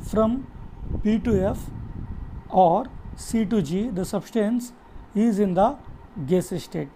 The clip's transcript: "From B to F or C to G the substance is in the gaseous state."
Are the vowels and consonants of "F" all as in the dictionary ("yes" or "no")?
yes